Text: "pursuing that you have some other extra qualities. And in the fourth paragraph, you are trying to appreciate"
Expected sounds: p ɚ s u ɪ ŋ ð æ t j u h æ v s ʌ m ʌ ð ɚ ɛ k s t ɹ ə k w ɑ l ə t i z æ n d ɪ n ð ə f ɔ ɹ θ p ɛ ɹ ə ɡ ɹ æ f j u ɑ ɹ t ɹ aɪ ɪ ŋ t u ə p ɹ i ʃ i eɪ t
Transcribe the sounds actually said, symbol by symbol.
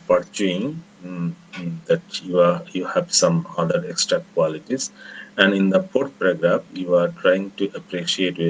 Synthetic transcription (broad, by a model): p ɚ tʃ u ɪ ŋ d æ t j u h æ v s ʌ m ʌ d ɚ ɛ k s t ɹ ə k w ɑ l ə t i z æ n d ɪ n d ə p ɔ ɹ t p ɹ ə ɡ ɹ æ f j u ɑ ɹ t ɹ aɪ ɪ ŋ t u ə p ɹ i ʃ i eɪ t